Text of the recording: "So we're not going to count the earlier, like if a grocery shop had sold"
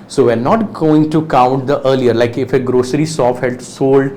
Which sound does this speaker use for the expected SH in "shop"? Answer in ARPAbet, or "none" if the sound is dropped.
S